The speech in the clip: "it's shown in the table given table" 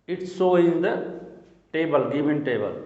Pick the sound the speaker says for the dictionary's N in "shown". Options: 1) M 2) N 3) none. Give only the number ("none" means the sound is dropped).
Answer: 3